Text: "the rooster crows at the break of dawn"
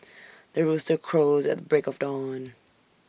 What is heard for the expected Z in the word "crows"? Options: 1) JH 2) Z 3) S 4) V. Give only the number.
2